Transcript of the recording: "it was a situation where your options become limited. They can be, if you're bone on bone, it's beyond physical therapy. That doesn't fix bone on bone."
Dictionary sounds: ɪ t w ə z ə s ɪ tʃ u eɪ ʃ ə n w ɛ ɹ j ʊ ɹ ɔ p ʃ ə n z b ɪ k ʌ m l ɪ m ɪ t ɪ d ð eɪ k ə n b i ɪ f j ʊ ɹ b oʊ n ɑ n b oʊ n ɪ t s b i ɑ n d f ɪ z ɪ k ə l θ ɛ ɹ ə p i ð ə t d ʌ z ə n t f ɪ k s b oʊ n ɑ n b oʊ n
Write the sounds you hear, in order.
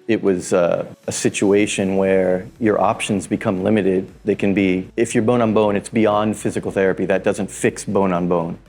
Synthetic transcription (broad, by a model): ɪ t w ə z ə s ɪ tʃ u eɪ ʃ ə n w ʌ ɹ j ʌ ɹ ɔ p ʃ ə n z b ɪ k ʌ m l ɪ m ɪ t ɪ d ð eɪ k ə n b i ɪ f j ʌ ɹ b oʊ n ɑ n b oʊ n ɪ t s b i ɑ n d f ɪ z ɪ k l θ ɛ ɹ ə p i ð ə t d ʌ z ə n t f ɪ k s b oʊ n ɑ n b oʊ n